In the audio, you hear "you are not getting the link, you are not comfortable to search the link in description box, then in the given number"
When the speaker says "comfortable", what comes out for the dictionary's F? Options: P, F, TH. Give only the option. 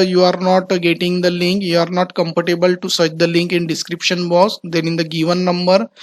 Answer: P